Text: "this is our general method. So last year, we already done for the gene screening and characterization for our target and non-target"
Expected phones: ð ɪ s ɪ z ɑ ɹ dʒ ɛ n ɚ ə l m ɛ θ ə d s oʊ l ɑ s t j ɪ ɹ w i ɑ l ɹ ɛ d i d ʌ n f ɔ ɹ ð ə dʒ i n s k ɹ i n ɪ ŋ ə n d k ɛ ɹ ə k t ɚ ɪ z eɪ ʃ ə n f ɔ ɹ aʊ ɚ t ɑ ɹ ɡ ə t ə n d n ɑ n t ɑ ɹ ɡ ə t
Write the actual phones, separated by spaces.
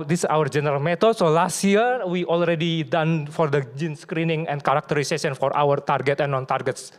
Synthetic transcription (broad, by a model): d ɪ s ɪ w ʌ ɹ dʒ ɛ n ɚ ə l m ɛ t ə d s oʊ l ɑ s t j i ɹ w i ɑ l ɹ ɛ d i d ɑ n f ɔ ɹ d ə dʒ i n s k ɹ i n ɪ ŋ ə n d k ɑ ɹ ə k t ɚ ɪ s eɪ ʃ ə n f ɔ ɹ aʊ ɚ t ɑ ɹ ɡ ə t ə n n ɑ n t ɑ ɹ ɡ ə t